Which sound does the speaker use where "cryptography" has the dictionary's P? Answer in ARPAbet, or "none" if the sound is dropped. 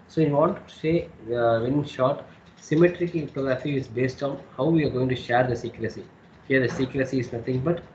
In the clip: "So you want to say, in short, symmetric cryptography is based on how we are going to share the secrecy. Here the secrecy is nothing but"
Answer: none